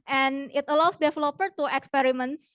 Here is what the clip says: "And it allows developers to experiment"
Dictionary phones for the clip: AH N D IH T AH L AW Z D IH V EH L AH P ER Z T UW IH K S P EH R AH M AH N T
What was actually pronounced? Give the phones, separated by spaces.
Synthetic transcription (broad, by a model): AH N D IH T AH L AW S D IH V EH L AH P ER T UW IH K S P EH R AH M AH N T